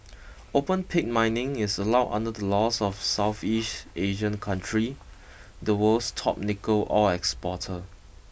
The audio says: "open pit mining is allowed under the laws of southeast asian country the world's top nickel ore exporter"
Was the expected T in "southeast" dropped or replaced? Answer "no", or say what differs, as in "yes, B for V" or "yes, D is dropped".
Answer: no